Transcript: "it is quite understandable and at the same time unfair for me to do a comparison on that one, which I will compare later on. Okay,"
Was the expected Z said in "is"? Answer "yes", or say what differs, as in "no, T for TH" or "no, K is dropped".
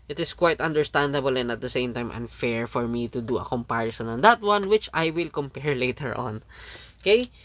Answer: no, S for Z